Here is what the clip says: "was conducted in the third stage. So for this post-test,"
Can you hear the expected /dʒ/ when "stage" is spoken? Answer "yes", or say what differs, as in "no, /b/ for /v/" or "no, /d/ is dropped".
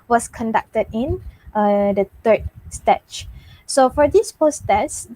no, /tʃ/ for /dʒ/